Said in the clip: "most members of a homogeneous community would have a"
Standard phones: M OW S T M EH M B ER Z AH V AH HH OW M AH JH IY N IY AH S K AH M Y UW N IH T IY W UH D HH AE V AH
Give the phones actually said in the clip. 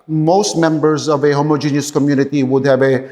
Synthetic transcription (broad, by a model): M OW S T M EH M B ER Z AH V AH HH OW M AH JH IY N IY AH S K AH M Y UW N IH T IY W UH D HH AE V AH